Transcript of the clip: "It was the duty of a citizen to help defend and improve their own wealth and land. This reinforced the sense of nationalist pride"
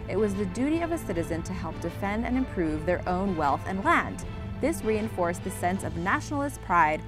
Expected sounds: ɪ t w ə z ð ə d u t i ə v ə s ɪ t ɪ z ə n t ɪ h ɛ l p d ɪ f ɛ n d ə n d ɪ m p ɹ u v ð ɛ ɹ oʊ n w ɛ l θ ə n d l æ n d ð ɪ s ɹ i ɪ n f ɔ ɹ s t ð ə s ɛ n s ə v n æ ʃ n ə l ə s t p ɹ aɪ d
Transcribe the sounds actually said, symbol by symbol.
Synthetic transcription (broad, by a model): ɪ t w ə z ð ə d u t i ə v ə s ɪ t ɪ z ə n t ɪ h ɛ l p d ɪ f ɛ n d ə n ɪ m p ɹ u v ð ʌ ɹ oʊ n w ɛ l θ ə n l æ n d ð ɪ s ɹ i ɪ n f ɔ ɹ s ð ə s ɛ n s ə v n æ ʃ n l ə s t p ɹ aɪ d